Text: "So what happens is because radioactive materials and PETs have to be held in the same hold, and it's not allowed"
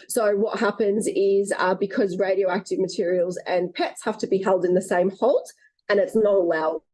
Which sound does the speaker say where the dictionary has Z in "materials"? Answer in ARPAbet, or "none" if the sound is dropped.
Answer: Z